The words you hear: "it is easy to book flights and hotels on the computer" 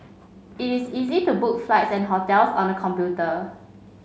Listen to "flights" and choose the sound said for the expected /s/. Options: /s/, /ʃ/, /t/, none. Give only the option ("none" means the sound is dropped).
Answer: /s/